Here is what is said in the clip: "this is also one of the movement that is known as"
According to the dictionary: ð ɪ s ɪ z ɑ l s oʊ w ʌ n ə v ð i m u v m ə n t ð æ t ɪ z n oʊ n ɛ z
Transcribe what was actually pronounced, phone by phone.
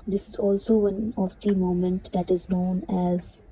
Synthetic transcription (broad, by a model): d ɪ s ɪ z ɑ l s oʊ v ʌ n ə v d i m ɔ m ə n t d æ t ɪ z n oʊ n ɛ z